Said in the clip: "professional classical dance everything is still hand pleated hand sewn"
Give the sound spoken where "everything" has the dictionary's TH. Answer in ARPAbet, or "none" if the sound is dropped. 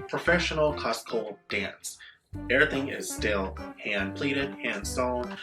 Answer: TH